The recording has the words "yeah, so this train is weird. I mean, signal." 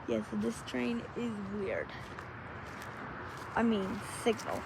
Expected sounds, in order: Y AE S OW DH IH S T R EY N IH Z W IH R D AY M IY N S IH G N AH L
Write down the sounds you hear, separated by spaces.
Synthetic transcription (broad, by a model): Y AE S OW DH IH S T R EY N IH Z W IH R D AY M IY N S IH G N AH L